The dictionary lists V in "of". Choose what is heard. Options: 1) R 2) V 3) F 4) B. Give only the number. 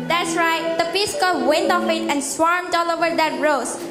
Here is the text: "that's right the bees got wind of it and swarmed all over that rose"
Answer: 3